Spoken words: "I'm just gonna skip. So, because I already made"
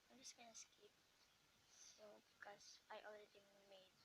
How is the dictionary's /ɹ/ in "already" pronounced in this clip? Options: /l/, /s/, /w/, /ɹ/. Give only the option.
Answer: /l/